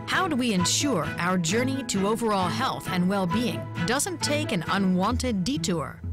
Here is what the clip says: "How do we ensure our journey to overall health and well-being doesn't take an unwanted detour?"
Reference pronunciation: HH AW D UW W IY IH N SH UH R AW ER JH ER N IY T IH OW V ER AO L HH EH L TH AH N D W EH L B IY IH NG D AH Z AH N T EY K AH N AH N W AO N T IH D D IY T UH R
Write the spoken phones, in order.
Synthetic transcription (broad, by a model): HH AW D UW W IY IH N SH UH R AW ER JH ER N IY T IH OW V ER AO L HH EH L TH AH N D W EH L B IY IH NG D AH Z AH N T EY K AH N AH N W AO N T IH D D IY T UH R